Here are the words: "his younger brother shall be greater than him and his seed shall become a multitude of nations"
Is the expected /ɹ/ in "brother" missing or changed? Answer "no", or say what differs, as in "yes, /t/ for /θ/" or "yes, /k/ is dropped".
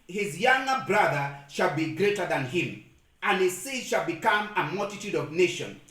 no